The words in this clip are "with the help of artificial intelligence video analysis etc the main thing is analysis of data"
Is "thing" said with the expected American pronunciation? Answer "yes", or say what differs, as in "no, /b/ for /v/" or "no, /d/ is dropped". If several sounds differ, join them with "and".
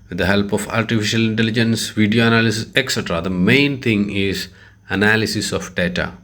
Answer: no, /t/ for /θ/